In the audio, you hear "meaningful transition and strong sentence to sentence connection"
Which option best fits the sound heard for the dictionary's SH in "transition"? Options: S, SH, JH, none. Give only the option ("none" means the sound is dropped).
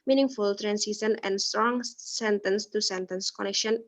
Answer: S